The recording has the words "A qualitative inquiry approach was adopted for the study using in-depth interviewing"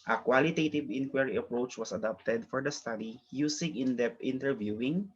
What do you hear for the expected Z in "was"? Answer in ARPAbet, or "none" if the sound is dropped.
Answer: S